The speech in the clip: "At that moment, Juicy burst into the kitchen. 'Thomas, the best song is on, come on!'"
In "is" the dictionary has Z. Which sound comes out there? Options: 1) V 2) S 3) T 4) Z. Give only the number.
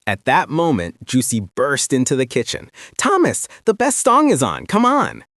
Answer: 4